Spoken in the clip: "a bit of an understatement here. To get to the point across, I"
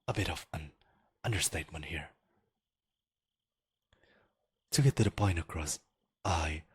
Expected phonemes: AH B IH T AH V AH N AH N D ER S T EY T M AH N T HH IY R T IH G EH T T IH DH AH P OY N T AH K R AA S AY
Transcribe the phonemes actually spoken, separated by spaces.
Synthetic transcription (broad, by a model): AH B IH T AH V AH N AH N D ER S T EY T M AH N T HH IY R T IH G EH T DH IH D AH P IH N AH K R AA S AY